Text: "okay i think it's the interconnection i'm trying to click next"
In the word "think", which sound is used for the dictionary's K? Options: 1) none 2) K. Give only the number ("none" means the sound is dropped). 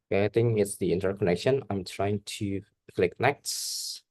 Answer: 1